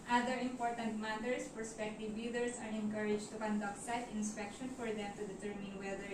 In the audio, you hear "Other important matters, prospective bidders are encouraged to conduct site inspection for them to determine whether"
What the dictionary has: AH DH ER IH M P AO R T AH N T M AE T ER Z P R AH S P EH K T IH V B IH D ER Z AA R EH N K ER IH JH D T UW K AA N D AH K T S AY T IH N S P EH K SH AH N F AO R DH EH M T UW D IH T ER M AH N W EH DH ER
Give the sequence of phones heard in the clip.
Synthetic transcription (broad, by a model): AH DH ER IH M P AO R T AH N T M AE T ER S P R S P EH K T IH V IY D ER S AA R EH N K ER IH JH T UW K AA N D AH K T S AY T IH N S P EH K SH AH N F AO R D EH M T UW D IH T ER M AH N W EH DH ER